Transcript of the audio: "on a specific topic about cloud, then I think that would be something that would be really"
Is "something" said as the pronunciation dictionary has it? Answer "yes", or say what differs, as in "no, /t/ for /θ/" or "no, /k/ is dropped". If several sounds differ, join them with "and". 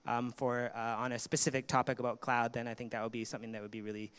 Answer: yes